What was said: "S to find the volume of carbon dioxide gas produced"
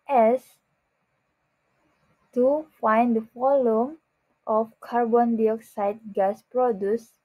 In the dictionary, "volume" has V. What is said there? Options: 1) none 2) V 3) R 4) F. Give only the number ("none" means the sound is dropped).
4